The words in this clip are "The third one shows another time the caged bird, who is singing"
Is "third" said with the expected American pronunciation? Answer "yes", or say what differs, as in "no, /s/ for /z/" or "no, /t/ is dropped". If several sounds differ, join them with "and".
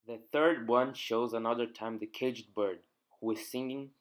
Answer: yes